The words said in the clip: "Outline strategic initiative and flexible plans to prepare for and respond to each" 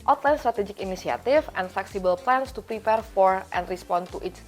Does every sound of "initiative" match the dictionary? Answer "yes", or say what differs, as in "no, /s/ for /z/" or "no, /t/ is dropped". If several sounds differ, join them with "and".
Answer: no, /s/ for /ʃ/ and /f/ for /v/